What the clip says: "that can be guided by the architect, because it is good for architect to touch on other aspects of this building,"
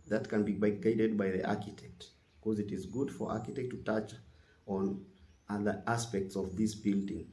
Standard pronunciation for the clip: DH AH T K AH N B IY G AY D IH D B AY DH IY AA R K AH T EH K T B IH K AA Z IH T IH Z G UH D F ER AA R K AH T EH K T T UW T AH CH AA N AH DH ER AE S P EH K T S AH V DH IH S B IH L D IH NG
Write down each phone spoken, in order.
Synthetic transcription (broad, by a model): DH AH T K AH N B IY G AY D IH D B AY DH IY AA R K AH T EH K T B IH K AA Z IH T IH Z G UH D F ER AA R K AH T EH K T T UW T AH CH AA N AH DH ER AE S P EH K T S AH V DH IH S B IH L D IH NG